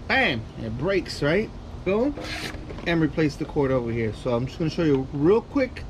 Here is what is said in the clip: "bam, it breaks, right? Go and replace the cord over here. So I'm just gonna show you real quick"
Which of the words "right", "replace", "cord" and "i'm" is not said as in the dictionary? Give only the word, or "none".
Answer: none